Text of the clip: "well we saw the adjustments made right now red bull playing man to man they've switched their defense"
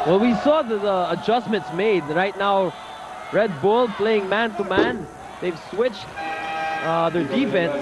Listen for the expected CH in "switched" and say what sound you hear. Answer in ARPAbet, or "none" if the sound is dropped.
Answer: CH